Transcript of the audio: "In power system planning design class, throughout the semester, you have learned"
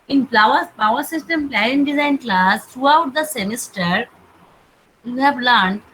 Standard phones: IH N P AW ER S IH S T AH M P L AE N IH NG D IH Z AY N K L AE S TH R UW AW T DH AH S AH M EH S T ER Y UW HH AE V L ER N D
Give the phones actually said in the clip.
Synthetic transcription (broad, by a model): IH N P AW ER S IH S T AH M P L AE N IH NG D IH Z AY N K L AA S T R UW AW T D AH S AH M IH S T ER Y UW HH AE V L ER N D